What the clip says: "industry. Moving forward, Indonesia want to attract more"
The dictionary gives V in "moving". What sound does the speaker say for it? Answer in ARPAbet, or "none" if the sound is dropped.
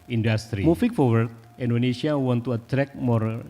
F